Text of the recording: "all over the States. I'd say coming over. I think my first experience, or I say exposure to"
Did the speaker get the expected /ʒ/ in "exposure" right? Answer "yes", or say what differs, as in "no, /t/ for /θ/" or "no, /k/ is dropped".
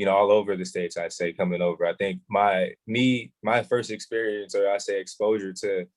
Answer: yes